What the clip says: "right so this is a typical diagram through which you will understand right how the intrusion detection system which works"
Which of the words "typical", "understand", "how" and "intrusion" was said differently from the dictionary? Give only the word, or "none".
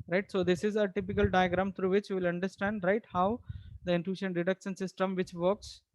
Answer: intrusion